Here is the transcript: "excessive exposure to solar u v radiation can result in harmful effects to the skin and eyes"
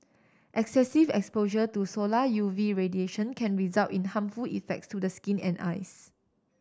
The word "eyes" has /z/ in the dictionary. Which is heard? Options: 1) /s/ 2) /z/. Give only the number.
1